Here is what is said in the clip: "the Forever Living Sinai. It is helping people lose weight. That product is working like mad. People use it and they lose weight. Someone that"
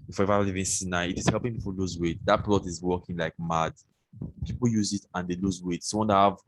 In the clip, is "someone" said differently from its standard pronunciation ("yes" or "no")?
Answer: yes